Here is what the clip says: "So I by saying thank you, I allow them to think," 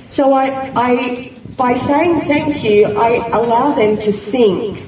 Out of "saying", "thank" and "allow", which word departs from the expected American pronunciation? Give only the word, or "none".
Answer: none